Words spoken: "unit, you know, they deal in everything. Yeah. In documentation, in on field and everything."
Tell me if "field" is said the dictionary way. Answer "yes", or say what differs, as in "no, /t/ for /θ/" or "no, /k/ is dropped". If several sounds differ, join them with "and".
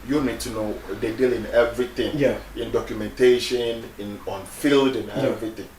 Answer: yes